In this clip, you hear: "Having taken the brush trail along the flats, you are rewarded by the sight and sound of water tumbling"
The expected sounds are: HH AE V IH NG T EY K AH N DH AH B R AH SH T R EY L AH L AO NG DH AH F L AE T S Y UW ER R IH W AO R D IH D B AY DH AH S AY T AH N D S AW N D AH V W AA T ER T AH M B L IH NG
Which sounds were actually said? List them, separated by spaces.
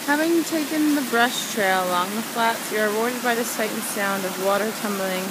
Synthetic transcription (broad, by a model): HH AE V IH NG T EY K AH N DH AH B R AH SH T R EY L AH L AO NG DH AH F L AE T S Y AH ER R IH W AO R D IH D B AY DH AH S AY AH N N S AW N D AH V W AA T ER T AH M B L IH NG